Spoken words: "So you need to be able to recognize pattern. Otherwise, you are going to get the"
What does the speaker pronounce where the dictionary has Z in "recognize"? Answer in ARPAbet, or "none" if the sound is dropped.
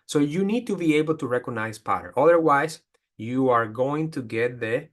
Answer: S